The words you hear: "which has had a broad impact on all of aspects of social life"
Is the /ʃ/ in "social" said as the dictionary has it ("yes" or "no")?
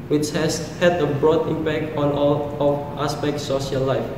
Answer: no